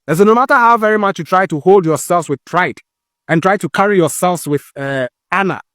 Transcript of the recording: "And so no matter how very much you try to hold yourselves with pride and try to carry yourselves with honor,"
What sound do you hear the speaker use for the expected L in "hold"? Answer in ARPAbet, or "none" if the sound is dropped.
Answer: L